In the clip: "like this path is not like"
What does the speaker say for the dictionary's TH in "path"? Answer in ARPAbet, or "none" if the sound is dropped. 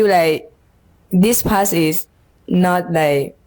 S